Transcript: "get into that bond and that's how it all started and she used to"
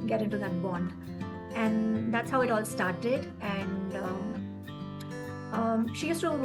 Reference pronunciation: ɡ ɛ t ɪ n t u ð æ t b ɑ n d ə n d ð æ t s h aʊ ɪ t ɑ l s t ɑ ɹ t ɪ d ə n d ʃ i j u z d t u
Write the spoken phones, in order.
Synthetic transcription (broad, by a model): ɡ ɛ t ɪ n t u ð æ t b ɑ n d ə n d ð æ t s h aʊ ɪ t ɑ l s t ɑ ɹ t ɪ d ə n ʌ ʃ i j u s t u